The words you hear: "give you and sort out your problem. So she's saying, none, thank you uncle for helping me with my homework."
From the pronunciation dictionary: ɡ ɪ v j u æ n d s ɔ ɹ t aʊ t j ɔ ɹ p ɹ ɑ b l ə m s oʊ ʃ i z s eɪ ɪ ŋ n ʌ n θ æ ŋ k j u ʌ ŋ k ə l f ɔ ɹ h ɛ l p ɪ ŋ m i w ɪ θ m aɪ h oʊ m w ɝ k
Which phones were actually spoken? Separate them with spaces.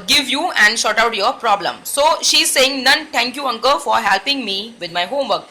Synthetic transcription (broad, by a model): ɡ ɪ v j u æ n d ʃ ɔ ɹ t aʊ t j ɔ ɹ p ɹ ɑ b l ə m s oʊ ʃ i z s eɪ ɪ ŋ n ʌ n t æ ŋ k j u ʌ ŋ k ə f ɔ ɹ h ɛ l p ɪ ŋ m i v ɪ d m aɪ h oʊ m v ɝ k